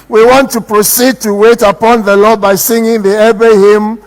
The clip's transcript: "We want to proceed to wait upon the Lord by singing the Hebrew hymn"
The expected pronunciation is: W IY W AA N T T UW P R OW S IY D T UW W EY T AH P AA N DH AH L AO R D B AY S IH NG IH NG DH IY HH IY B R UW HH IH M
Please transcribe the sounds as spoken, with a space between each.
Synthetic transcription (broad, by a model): W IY W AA N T T UW P R OW S IY D T UW W EY T AH P AA N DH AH L AO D B AY S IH NG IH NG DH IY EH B UW HH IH M